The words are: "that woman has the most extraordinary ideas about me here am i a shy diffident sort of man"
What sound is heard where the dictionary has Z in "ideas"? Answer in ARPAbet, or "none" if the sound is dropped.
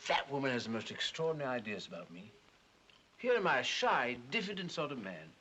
Z